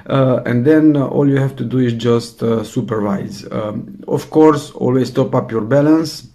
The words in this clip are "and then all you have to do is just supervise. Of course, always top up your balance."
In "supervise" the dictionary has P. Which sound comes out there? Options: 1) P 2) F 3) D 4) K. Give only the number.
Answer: 1